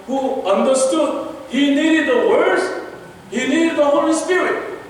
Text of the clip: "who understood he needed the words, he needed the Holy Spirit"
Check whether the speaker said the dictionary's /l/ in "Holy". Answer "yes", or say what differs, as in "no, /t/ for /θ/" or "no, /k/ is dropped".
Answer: no, /l/ is dropped